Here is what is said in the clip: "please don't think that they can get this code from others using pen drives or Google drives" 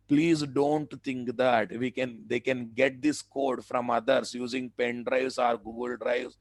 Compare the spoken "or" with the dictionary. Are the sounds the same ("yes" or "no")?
yes